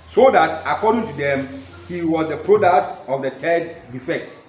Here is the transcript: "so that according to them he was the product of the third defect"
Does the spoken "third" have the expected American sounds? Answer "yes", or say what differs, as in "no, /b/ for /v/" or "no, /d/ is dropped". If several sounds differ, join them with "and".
no, /t/ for /θ/